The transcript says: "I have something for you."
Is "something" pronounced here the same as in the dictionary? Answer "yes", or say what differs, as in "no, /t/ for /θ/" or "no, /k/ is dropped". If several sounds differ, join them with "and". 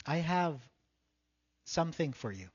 yes